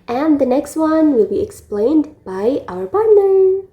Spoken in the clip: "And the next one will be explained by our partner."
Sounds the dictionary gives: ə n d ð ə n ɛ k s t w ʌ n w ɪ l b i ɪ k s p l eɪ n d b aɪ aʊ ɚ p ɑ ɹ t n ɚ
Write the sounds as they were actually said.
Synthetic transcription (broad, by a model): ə n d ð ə n ɛ k s t w ʌ n w ɪ l b i ɪ k s p l eɪ n d b aɪ aʊ ɚ p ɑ ɹ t n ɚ